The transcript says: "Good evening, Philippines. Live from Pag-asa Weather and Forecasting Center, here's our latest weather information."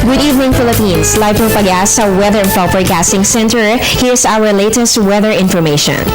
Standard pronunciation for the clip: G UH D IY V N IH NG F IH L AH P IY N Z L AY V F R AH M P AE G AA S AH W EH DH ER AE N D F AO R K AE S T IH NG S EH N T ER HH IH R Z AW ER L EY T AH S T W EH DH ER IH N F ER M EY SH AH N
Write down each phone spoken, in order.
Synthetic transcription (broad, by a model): G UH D IY V N IH NG F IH L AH P IY N S L AY V P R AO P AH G AA S AH W EH DH ER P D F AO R K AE S T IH NG S EH N T ER HH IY R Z AW ER L EY T AH S T W EH DH ER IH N F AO M EY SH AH N